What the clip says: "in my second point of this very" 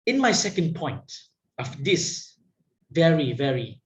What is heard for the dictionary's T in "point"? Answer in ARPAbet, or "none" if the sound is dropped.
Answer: T